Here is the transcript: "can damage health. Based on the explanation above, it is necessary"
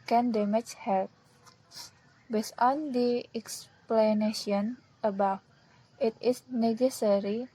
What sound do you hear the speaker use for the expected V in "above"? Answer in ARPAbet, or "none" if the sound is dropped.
F